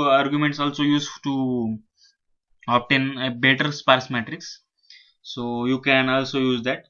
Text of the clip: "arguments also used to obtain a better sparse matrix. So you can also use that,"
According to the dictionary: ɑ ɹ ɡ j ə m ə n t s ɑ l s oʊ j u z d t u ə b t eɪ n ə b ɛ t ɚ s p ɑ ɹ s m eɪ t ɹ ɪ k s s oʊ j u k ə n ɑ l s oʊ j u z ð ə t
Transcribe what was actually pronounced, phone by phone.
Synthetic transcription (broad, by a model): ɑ ɹ ɡ j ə m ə n t s ɑ l s oʊ j u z t u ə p t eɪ n b ɛ t ɚ s p ɑ ɹ s m eɪ t ɹ ɪ k s s oʊ j u k ə n ɑ l s oʊ j u z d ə t